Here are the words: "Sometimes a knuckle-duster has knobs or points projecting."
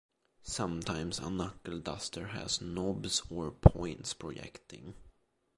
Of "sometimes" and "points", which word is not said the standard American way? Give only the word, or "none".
sometimes